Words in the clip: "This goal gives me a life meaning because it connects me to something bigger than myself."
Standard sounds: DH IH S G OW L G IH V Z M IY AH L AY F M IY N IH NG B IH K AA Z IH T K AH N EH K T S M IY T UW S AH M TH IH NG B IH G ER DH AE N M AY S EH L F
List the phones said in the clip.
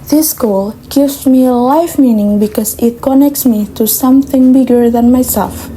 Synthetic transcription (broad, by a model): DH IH S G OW L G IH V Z M IY AH L AY F M IY N IH NG B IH K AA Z IH T K AH N EH K T S M IY T UW S AH M TH IH NG B IH G ER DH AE N M AY S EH L F